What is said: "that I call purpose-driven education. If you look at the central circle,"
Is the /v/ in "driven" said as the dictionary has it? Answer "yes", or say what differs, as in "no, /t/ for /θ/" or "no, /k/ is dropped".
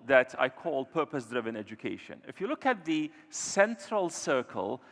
yes